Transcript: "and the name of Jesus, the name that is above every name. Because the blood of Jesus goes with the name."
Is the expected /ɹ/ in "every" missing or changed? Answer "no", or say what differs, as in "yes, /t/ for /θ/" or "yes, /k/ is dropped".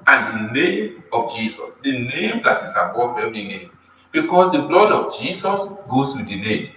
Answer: yes, /ɹ/ is dropped